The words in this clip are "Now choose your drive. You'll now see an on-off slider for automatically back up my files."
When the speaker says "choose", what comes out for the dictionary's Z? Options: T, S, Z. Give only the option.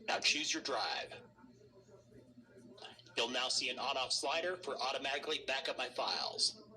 Z